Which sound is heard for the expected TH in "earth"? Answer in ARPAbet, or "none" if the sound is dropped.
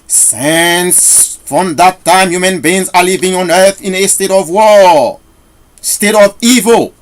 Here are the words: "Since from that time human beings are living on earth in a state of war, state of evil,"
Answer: TH